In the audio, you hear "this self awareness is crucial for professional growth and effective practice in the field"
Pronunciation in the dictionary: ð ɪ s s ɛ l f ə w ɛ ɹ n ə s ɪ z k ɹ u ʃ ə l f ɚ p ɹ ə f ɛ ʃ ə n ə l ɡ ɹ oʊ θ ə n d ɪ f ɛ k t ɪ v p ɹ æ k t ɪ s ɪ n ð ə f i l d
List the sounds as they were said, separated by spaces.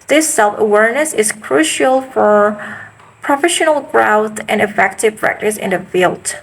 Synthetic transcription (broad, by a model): ð ɪ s s ɛ l f ə w ɛ ɹ n ə s ɪ z k ɹ u ʃ ə l f ɚ p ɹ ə f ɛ ʃ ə n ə l ɡ ɹ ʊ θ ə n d ɪ f ɛ k t ɪ v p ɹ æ k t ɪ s ɪ n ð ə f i l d